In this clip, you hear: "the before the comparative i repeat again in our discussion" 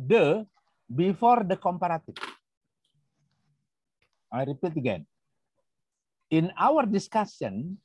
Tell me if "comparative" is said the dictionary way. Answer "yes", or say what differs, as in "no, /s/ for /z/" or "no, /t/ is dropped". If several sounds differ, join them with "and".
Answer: no, /f/ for /v/